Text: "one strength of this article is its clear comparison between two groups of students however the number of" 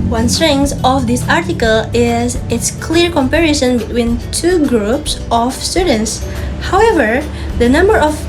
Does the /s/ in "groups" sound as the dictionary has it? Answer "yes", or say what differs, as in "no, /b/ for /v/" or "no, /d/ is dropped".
yes